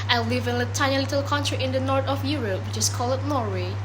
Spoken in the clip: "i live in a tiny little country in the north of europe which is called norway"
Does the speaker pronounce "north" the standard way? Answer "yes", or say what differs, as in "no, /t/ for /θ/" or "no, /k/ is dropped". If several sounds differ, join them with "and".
no, /t/ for /θ/